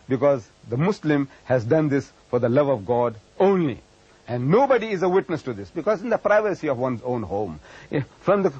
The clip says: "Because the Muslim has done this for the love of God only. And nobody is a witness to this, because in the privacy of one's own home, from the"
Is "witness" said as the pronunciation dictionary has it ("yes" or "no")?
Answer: yes